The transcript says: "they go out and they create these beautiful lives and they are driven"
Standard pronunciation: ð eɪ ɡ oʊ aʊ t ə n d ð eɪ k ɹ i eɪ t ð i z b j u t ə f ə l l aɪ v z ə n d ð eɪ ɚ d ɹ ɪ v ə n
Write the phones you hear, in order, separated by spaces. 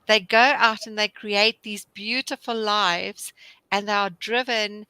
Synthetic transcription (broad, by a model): ð eɪ ɡ oʊ aʊ t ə n ð eɪ k ɹ i eɪ t ð i z b j u t ə f ə l l aɪ v z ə n ð eɪ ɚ d ɹ ɪ v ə n